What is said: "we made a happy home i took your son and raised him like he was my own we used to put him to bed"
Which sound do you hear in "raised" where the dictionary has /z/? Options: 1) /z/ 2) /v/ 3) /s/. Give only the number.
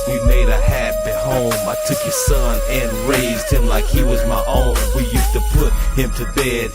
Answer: 1